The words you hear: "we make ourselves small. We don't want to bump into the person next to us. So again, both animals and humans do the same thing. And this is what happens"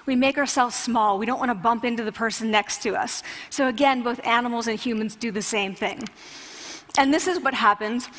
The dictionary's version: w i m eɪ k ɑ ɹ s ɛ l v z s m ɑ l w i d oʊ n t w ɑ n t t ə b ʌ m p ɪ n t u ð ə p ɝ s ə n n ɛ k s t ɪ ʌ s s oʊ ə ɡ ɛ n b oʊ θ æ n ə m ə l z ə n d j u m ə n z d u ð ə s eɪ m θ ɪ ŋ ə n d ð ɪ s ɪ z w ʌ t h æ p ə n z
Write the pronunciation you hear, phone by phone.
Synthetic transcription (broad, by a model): w i m eɪ k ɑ ɹ s ɛ l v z s m ɑ l w i d oʊ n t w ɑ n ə b ʌ m p ɪ n t u ð ə p ɝ s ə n n ɛ k s t ɪ ʌ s s oʊ ə ɡ ɛ n b oʊ θ æ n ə m l z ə n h j u m ə n z d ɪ ð ə s eɪ m θ ɪ ŋ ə n ð ɪ s ɪ z w ʌ t h æ p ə n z